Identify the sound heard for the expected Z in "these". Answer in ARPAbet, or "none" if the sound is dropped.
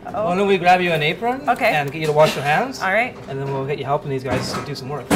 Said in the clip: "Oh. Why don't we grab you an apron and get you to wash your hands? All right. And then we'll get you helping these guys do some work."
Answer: Z